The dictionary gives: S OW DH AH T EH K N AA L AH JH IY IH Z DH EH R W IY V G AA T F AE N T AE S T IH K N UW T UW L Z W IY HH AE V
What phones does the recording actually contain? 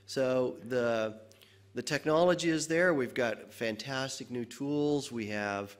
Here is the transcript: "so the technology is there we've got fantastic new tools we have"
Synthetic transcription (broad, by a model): S OW DH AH T EH K N AA L AH JH IY IH Z DH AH R W IY V G AA T F AE N T AE S T IH K N UW T UW L Z W IY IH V